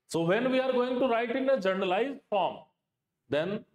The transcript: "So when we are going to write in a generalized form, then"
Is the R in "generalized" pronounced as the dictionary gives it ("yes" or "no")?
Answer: no